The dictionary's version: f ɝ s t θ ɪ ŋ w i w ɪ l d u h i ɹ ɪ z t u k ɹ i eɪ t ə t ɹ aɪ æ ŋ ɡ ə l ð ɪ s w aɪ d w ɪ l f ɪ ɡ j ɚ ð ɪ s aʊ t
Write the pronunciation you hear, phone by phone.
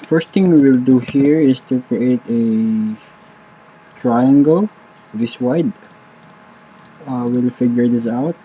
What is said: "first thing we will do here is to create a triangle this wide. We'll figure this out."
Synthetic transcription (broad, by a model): f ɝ s t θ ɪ ŋ w i w ɪ l d u h i ɹ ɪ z t u k ɹ i eɪ t ə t ɹ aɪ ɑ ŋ ɡ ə l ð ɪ s w aɪ d w ɪ l f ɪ ɡ j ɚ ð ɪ s aʊ t